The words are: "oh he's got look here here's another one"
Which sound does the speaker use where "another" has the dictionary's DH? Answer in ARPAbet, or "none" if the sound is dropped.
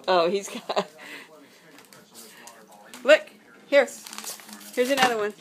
DH